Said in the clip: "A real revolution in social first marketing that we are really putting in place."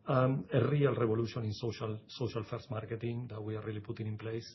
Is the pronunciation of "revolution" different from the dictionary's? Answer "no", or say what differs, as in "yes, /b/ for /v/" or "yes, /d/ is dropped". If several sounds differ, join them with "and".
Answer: yes, /b/ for /v/